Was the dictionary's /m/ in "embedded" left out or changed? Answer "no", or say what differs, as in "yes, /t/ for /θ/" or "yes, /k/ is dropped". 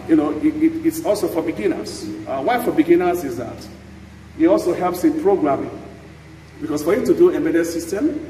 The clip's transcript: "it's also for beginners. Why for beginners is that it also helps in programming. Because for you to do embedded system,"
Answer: yes, /m/ is dropped